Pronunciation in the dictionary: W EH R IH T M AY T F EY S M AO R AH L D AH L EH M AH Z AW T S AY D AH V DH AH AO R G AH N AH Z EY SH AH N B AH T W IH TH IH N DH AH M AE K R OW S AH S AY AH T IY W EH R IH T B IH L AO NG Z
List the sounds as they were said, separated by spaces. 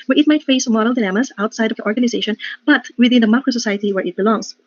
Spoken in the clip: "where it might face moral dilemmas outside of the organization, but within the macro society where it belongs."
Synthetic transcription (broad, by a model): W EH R IH T M AY T F EY S M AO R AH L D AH N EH M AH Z AW T S AY D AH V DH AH AO R G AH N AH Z EY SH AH N B AH T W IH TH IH N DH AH M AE K R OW S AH S AY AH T IY W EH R IH T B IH L AO NG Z